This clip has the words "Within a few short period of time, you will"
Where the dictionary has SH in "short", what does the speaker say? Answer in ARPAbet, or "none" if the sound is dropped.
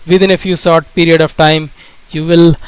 S